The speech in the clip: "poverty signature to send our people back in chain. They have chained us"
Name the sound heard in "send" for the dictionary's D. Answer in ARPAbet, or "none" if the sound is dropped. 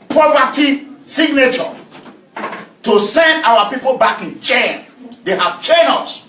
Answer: D